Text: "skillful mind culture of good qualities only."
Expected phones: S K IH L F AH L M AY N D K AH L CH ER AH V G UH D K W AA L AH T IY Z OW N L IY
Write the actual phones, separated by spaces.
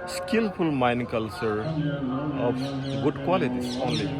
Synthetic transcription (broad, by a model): S K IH L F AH L M AY N K AH L CH ER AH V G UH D K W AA L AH T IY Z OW N L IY